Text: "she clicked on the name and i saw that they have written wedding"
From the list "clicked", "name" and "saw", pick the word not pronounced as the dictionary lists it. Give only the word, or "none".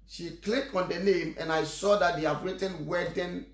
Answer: clicked